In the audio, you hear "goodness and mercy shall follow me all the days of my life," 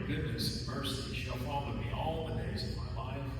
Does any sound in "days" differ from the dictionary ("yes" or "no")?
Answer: no